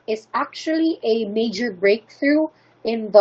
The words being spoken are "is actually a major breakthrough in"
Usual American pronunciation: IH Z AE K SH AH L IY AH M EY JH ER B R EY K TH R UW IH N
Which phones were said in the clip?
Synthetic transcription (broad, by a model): IH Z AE K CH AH L IY AH M EY JH ER B R EY K TH R UW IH N